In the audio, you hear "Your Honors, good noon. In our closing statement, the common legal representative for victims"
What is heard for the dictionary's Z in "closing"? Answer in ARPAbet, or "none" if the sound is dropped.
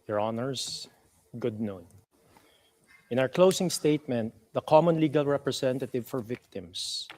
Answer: S